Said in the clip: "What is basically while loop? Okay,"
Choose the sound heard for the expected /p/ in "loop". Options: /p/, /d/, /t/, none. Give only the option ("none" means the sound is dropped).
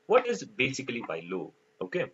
none